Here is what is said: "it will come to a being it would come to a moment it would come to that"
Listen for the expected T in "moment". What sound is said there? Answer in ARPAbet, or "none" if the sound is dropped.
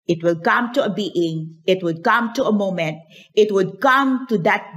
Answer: T